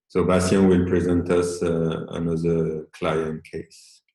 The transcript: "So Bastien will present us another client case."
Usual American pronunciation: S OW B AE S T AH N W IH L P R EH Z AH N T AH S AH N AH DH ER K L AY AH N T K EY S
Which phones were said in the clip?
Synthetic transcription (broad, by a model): S OW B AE S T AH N W IH L P R EH Z AH N T AH S AH N AH DH ER K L AY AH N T K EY S